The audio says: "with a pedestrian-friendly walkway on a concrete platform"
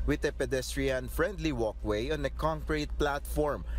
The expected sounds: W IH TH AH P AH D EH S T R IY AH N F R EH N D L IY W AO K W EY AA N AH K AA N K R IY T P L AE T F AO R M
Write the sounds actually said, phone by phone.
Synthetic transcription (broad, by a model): W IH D AH P AH D EH S T R IY AH N F R EH N D L IY W AO K W EY AA N AH K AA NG K R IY T P L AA T F AO R M